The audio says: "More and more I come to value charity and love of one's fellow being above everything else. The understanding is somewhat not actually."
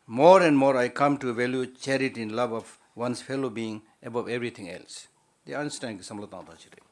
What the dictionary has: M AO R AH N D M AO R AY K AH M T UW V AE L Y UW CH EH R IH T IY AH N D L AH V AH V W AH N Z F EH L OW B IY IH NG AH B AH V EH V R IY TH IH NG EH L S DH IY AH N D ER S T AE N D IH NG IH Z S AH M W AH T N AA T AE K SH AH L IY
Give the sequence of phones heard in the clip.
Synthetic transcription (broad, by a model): M AO R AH N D M AO R AY K AH M T UW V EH L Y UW CH EH R IH T IY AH N L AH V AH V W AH N S F EH L OW B IY IH NG AH B AH V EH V R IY T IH NG EH L S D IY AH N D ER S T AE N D S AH M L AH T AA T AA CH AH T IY